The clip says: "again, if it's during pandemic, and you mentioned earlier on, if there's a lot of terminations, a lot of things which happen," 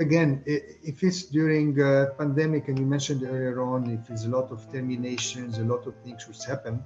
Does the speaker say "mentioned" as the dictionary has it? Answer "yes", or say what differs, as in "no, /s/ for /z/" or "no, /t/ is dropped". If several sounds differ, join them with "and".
yes